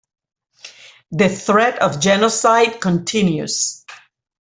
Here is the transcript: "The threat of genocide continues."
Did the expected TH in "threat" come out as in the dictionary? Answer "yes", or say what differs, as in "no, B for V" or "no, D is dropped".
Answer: yes